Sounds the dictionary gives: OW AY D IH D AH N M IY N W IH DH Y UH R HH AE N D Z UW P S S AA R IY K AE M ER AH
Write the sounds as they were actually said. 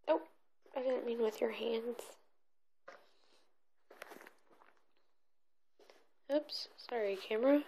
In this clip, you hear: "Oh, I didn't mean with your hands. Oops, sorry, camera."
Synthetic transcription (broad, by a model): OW AY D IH D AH N M IY N W IH DH Y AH R HH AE N D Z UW P S S AA R IY K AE M ER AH